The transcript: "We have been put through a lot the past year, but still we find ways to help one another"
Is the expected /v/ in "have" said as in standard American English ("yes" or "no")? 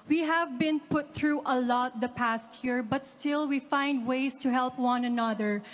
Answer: yes